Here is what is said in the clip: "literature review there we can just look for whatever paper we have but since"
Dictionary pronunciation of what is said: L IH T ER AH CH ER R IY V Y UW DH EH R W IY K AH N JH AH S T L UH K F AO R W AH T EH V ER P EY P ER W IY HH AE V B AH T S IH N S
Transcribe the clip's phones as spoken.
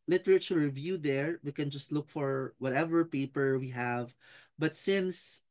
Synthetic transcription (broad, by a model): L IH T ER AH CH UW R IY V Y UW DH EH R W IY K AH N JH AH S T L UH K F AO R W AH T EH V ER P EY P ER W IY HH AE V B AH T S IH N S